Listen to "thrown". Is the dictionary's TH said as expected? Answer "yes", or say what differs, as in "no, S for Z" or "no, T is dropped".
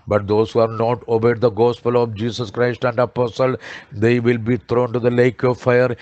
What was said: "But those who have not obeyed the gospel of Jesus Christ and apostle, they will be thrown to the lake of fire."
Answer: no, T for TH